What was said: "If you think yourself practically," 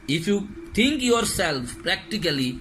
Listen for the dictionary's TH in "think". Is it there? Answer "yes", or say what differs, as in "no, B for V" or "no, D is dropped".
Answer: no, T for TH